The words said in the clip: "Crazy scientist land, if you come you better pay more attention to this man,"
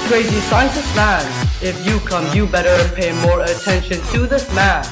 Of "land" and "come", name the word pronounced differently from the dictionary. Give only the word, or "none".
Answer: land